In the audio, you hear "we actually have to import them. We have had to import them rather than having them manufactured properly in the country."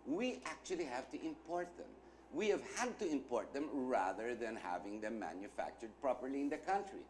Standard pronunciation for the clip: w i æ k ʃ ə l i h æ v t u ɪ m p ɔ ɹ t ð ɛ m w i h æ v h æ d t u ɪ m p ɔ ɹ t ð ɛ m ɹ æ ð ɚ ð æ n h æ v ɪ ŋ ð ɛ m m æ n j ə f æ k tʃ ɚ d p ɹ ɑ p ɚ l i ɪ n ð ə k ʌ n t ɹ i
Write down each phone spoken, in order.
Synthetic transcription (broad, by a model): w i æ k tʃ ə l i h æ v t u ɪ m p ɔ ɹ t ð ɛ m w i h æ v h æ d t u ɪ m p ɔ ɹ t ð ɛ m ɹ æ ð ɚ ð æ n h æ v ɪ ŋ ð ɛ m m æ n j ə f æ k tʃ ɚ d p ɹ ɑ p ɚ l i ɪ n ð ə k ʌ n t ɹ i